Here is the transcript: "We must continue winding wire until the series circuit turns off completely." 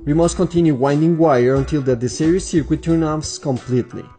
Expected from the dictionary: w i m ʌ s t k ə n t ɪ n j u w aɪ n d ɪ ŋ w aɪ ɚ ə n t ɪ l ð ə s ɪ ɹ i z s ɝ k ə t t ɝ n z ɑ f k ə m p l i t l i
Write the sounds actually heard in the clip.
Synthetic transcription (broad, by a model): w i m ʌ s t k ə n t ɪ n j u w aɪ n d ɪ ŋ w aɪ ɚ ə n t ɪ l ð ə s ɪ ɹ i s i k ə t t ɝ n ɑ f k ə m p l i t l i